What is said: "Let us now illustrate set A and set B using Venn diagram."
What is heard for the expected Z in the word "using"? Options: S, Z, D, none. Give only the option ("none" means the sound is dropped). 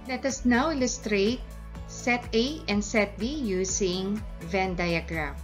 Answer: S